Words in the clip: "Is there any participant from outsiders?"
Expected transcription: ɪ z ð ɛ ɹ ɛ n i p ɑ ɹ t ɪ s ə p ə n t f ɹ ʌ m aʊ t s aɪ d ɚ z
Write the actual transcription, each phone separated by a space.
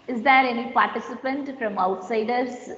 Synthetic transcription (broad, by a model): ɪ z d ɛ ɹ ɛ n i p ɑ ɹ t ɪ s ə p ə n t f ɹ ʌ m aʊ t s aɪ d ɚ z